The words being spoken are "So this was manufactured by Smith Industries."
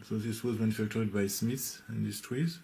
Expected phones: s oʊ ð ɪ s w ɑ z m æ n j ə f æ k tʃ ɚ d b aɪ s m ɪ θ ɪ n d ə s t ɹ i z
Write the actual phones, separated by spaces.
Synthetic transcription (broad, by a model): s oʊ ð ɪ s w ɑ z m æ n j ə f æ k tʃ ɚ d b aɪ s m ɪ s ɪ n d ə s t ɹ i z